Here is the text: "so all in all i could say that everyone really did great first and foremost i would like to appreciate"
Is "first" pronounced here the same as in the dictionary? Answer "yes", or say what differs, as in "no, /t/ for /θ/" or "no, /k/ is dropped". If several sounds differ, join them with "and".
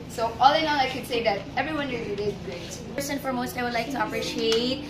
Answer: no, /t/ is dropped